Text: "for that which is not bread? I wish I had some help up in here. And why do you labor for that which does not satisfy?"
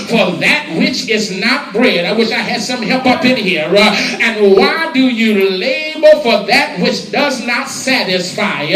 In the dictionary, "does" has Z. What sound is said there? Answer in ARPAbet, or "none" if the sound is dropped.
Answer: Z